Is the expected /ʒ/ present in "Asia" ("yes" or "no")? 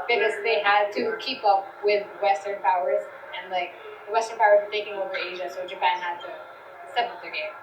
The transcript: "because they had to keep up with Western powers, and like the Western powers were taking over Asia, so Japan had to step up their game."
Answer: yes